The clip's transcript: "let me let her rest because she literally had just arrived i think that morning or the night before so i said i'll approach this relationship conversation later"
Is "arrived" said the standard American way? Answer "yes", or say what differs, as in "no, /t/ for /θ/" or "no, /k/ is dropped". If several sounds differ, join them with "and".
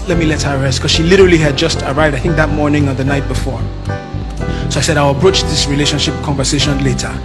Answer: yes